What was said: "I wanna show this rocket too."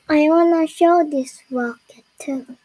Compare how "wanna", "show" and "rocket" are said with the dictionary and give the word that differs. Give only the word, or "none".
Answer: rocket